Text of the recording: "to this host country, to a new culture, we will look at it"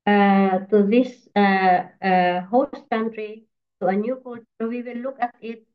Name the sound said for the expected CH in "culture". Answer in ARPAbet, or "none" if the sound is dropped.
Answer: S